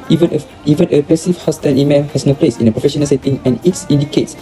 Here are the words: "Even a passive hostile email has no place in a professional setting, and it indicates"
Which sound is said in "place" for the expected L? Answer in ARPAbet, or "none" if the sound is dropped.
L